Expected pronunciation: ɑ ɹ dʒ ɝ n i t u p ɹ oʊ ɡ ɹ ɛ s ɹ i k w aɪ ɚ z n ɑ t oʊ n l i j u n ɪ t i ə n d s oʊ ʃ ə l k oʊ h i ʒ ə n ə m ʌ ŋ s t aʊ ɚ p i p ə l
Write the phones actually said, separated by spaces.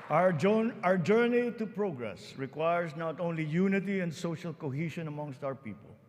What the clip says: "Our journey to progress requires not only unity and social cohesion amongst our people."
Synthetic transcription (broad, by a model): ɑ ɹ dʒ ɝ n i t u p ɹ oʊ ɡ ɹ ɛ s ɹ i k w aɪ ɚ s n ɑ t oʊ n l i j u n ɪ t i ə n d s oʊ ʃ ə l k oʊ h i ʃ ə n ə m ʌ ŋ s t aʊ ɚ p i p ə l